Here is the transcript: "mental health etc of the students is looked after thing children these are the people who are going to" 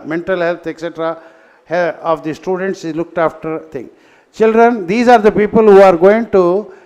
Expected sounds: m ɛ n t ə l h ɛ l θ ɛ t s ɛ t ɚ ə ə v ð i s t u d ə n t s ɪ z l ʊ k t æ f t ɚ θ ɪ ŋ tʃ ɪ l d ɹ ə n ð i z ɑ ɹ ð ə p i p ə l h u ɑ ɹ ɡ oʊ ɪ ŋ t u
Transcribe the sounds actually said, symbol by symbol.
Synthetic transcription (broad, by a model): m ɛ n t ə l h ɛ l t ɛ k s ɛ t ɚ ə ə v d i s t u d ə n t s ɪ z l ʊ k t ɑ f t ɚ t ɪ ŋ tʃ ɪ l d ɹ ə n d i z ɑ ɹ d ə p i p ə l h u ɑ ɹ ɡ oʊ ɪ ŋ t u